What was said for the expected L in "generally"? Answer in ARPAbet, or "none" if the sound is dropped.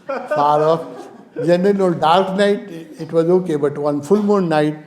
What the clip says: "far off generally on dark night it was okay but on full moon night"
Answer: N